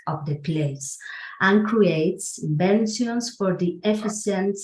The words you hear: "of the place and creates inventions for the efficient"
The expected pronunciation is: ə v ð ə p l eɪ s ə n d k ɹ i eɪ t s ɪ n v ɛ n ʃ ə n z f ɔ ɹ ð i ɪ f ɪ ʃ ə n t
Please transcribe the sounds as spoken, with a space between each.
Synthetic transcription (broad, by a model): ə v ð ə p l eɪ s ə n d k ɹ i eɪ t s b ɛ n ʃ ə n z f ɔ ɹ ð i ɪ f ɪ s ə n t